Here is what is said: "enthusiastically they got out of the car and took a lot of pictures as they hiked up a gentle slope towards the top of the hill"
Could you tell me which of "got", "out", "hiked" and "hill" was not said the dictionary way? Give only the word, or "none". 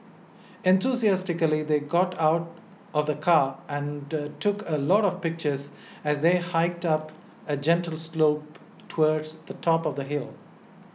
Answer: none